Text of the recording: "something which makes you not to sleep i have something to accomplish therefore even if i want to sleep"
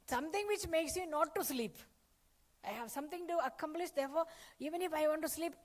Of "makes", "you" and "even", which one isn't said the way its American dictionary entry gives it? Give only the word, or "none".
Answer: none